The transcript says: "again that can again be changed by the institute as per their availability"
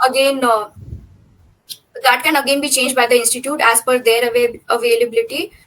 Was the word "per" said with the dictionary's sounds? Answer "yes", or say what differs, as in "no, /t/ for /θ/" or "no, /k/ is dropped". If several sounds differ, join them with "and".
no, /f/ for /p/